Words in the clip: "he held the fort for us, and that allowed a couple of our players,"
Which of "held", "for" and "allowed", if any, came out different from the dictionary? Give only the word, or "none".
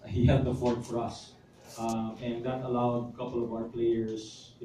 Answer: held